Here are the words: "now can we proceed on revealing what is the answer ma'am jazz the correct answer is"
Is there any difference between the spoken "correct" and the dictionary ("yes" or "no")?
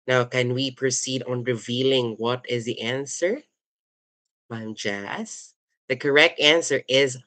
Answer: no